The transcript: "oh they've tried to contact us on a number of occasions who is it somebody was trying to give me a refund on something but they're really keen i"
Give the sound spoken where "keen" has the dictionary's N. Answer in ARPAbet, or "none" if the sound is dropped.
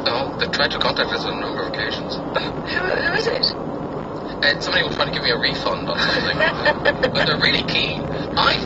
none